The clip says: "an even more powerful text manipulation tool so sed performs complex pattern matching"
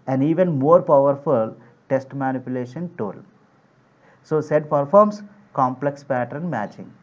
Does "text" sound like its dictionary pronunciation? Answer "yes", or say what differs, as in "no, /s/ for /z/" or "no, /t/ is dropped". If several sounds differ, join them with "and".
no, /k/ is dropped